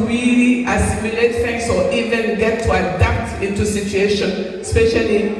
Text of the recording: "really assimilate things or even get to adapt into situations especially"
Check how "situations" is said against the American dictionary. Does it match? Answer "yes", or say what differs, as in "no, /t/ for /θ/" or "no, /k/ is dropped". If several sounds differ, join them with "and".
no, /z/ is dropped